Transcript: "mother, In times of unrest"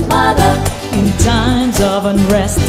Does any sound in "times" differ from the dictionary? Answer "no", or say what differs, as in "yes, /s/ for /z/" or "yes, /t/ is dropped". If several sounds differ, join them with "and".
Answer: no